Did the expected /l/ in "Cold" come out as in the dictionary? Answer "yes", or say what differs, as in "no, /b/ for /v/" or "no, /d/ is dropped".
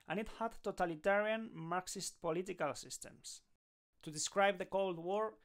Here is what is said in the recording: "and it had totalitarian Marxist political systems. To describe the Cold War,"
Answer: yes